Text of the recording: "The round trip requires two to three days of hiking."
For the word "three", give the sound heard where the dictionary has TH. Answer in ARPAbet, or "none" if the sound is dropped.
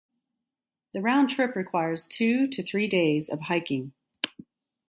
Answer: TH